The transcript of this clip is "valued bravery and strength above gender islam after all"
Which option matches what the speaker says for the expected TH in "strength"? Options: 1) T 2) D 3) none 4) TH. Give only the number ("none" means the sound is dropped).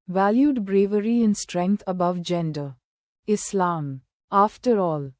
1